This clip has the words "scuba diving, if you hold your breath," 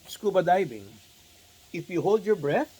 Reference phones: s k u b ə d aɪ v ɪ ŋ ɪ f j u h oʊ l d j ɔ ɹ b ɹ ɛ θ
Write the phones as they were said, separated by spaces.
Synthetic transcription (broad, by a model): s k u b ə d aɪ b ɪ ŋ ɪ f j u h oʊ l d j ɔ ɹ b ɹ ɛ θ